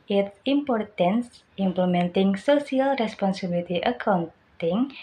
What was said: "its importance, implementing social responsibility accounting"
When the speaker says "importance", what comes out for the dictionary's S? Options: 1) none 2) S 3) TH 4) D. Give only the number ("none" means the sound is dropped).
2